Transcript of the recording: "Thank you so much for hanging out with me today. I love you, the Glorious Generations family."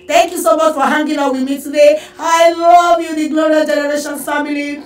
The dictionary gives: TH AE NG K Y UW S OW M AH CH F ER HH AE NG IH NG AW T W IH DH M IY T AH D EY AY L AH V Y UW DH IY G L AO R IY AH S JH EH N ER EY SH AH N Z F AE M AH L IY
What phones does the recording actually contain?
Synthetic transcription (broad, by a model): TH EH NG K Y UW S OW M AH CH F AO HH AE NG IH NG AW W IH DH M IY T AH D EY AY L AH V Y UW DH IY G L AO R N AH JH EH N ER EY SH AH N F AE M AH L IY